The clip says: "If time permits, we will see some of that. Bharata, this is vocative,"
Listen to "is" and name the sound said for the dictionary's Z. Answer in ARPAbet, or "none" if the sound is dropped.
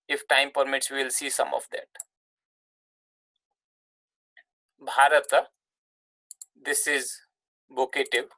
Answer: Z